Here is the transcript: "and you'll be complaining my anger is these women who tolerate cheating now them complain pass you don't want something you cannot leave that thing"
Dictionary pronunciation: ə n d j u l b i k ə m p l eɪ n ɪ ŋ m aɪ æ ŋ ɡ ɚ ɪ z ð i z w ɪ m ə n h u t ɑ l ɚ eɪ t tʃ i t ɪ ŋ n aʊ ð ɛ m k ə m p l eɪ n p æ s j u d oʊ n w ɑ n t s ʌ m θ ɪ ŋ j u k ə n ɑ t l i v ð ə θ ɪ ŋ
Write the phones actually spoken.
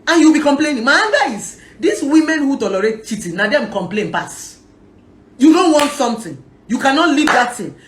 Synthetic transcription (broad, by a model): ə n j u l b i k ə m p l eɪ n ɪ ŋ m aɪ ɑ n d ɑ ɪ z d i s w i m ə n h u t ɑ l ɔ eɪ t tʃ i t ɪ n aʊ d ɛ m k ə m p l eɪ n p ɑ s j u d oʊ n w ɑ n t s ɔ m t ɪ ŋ j u k ə n ɑ t l i v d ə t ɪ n